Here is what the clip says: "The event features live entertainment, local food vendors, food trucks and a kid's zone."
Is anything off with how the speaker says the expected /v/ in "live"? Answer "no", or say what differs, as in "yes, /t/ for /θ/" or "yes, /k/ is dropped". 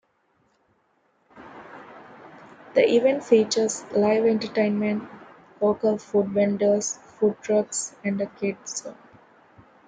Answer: no